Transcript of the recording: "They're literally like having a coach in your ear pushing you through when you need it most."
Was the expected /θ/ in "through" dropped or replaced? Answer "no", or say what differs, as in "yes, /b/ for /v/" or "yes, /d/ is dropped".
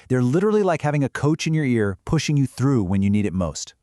no